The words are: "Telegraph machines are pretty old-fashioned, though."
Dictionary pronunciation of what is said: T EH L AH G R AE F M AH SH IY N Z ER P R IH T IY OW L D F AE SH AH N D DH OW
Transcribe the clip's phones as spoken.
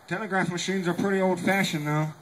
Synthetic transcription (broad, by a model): T EH L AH G R AE F M AH SH IY N Z ER P R IH T IY OW L D F AE SH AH N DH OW